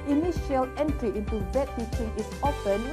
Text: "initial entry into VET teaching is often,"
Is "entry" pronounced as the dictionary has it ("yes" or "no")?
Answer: yes